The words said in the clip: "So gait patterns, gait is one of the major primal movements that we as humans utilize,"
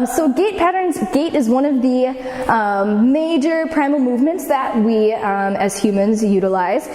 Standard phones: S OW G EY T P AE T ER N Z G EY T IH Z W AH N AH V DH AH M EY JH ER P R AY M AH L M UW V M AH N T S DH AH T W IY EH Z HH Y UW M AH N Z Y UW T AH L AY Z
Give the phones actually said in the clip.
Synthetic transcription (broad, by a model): S OW G EY T P AE T ER N Z G EY T IH Z W AH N AH V DH AH M EY JH ER P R AY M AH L M UW V M AH N T S DH AH T W IY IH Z HH Y UW M AH N Z Y UW T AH L AY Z